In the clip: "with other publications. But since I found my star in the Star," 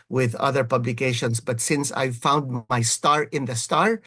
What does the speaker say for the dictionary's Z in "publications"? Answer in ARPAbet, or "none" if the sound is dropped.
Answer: S